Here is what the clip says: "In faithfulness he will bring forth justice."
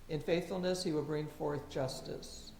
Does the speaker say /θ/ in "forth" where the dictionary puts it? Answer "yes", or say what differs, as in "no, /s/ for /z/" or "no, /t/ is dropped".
yes